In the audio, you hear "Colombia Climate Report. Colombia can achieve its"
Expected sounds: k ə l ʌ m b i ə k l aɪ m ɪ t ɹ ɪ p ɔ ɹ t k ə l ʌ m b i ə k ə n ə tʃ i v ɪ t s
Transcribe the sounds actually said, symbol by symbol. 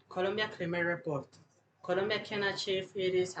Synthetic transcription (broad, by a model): k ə l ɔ m b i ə k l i m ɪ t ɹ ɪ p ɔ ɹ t k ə l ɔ m b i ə k ə n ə tʃ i f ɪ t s